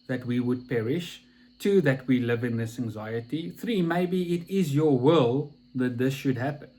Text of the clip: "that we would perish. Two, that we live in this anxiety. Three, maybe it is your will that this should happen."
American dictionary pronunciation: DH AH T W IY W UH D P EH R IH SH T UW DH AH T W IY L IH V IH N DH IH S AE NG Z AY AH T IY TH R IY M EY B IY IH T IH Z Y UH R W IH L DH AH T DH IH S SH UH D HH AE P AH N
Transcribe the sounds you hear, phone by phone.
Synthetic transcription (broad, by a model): DH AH T W IY W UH D P EH R IH SH T UW DH AH T W IY L IH V IH N DH IH S AE NG Z AY AH T IY TH R IY M EY B IY IH T IH Z Y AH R W IH L DH AH T DH IH S SH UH D HH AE P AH N